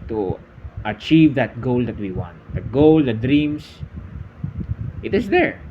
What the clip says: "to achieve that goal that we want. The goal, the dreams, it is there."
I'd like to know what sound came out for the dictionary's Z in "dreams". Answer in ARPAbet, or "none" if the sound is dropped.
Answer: S